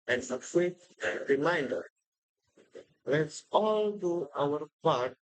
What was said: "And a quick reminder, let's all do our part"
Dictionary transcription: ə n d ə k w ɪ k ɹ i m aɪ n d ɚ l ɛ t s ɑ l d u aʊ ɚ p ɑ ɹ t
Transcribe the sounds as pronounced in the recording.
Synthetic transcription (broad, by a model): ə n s ə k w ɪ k ɹ i m aɪ n d ɚ l ɛ t s ɑ l d u aʊ ɚ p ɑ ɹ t